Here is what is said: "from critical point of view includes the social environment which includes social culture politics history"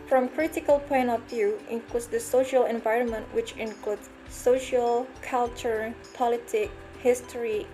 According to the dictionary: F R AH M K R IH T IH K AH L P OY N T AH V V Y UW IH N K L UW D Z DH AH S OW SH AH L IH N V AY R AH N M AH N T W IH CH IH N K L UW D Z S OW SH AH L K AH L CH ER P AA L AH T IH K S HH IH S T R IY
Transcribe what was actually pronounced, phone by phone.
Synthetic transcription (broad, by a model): F R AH M K R IH T IH K AH L P OY N T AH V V Y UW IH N K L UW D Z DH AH S OW SH AH L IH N V AY R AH N M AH N T W IH CH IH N K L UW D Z S OW SH AH L K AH L CH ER P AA L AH T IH K HH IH S T R IY